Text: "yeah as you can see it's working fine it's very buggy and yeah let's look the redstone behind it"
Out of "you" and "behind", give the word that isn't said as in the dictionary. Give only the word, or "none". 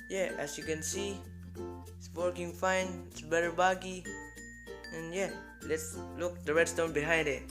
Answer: none